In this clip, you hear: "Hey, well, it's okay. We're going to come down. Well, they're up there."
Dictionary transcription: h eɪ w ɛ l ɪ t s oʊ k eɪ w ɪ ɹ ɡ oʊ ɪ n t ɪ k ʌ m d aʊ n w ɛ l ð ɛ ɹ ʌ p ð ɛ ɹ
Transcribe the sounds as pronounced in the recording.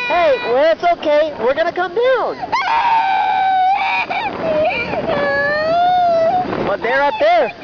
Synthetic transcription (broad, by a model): h eɪ w ɛ l ɪ t s oʊ k eɪ w ɪ ɹ ɡ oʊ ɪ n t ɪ k ʌ m d aʊ n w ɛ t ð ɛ ɹ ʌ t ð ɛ ɹ